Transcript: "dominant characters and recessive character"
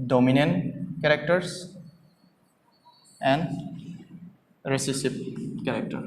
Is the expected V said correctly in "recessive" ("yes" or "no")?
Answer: no